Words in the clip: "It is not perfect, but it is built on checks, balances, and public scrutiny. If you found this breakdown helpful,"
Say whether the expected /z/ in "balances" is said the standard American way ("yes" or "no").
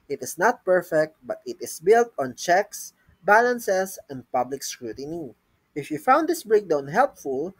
no